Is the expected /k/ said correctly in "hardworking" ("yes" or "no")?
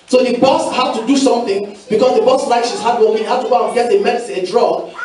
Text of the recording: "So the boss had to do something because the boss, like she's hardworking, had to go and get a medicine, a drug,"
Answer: no